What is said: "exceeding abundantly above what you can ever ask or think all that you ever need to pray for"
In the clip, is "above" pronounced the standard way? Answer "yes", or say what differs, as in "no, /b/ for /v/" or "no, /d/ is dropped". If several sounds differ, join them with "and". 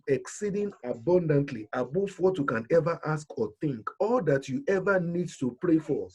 no, /f/ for /v/